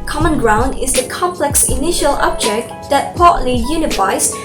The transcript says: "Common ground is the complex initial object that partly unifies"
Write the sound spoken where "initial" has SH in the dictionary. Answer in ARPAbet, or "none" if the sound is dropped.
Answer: SH